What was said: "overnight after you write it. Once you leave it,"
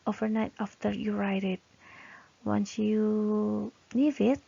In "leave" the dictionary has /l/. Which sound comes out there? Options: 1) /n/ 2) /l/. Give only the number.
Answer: 1